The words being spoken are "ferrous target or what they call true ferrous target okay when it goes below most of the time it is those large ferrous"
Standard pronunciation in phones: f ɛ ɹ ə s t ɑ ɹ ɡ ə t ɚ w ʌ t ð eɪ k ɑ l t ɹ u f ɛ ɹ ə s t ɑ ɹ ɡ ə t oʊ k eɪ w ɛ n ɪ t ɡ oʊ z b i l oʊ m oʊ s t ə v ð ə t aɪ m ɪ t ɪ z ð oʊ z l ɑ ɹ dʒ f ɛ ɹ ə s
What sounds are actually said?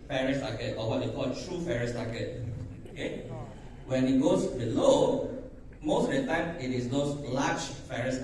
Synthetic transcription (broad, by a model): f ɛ ɹ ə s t ɑ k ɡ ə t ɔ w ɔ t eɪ k ɑ l t ɹ u f ɛ ɹ ə s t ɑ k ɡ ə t oʊ k eɪ w ɛ n ɪ t ɡ oʊ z b i l oʊ m oʊ s t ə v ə t aɪ m ɪ t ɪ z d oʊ s l ɑ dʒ f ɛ ɹ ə s